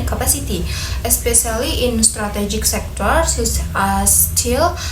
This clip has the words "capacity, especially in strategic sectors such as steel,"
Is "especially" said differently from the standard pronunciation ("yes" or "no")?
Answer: yes